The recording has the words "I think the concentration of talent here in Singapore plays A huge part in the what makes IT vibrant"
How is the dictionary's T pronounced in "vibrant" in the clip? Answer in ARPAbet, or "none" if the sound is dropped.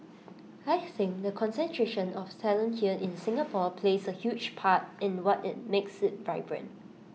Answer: none